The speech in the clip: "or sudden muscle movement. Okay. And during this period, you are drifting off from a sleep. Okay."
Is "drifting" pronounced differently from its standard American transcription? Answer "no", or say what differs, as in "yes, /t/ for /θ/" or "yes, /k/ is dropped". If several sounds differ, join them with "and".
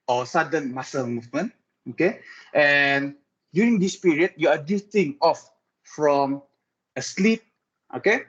yes, /ɹ/ is dropped